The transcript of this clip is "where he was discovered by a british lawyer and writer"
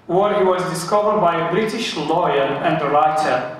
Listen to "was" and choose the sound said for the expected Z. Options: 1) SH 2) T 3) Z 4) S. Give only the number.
3